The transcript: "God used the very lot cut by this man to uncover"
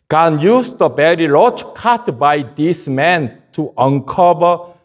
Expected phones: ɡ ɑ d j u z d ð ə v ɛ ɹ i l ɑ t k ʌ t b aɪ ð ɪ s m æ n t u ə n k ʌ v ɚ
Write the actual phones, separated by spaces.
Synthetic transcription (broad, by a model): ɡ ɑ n j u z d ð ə b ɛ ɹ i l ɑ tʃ k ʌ t b aɪ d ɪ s m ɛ n t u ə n k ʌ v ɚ